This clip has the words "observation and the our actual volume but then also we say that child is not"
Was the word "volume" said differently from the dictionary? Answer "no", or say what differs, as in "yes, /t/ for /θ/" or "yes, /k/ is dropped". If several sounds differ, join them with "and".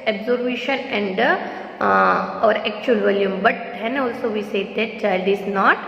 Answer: no